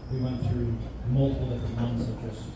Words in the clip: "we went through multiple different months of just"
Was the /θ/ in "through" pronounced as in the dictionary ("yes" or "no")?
yes